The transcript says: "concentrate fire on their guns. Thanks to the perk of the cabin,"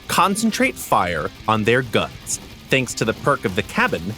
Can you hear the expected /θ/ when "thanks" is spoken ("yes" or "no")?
yes